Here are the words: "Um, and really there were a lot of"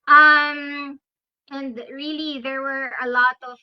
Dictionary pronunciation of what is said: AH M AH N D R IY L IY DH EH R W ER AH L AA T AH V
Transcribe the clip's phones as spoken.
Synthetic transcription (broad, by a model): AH M AH N D R IY L IY DH EH R W ER AH L AA T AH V